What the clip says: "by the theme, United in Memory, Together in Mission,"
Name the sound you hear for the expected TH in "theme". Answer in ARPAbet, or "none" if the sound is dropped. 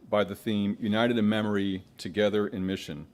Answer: TH